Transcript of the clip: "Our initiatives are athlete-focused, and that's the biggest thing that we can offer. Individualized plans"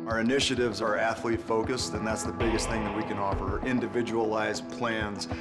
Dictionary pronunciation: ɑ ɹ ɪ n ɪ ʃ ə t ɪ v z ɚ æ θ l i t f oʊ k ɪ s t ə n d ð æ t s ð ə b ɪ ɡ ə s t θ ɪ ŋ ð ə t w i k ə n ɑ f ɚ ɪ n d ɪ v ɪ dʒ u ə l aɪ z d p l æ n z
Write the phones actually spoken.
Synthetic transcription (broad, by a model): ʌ ɹ ɪ n ɪ ʃ ə t ɪ v z ɚ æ θ l i f oʊ k ɪ s t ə n ð æ t s ð ə b ɪ ɡ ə s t θ ɪ ŋ ð ə t w i k ə n ɑ f ɚ ɪ n d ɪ v ɪ dʒ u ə l aɪ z p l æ n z